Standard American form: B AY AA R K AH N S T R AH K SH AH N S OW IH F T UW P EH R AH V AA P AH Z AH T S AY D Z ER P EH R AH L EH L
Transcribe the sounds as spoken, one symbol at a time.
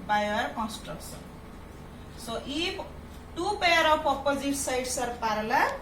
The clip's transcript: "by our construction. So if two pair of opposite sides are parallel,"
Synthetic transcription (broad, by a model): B AY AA R K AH N S T R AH K S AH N S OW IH T UW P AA R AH P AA P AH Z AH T S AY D S ER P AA R L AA